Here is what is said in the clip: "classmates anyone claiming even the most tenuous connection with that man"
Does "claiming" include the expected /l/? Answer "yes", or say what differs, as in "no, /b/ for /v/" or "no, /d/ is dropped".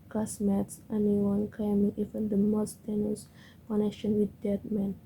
no, /l/ is dropped